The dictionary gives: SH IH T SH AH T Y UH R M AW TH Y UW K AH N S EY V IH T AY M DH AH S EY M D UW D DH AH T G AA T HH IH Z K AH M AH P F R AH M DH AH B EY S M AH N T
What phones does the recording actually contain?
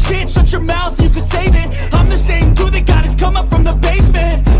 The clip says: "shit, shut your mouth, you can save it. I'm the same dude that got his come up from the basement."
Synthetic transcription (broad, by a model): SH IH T S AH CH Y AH R M AW TH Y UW K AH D S EY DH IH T AY M DH AH S EY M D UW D DH AH T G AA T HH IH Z K AH M AH P F R AH M DH AH B EY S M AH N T